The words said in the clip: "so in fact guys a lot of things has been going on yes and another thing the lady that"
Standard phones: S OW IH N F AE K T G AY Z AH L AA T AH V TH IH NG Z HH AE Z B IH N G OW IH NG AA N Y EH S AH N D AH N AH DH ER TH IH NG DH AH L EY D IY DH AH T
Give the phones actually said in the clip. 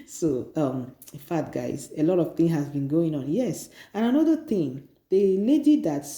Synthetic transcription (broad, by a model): S OW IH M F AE T G AY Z AH L AA T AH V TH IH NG HH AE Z B IH N G OW IH NG AA N Y EH S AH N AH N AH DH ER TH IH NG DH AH L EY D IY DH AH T